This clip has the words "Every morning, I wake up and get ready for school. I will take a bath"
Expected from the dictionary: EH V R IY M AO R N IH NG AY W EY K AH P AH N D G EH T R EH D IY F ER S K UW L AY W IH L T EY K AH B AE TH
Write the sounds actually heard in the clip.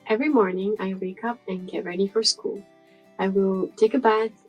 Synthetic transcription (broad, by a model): EH V R IY M AO R N IH NG AY W EY K AH P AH N G EH T R EH D IY F ER S K UW L AY W IH L T EY K AH B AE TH